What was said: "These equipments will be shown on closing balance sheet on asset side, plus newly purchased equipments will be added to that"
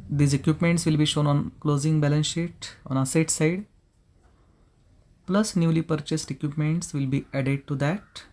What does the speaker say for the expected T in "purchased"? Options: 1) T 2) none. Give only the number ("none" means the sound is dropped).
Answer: 1